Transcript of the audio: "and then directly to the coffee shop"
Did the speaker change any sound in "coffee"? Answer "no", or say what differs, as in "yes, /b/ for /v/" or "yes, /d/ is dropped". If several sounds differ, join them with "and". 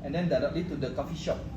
no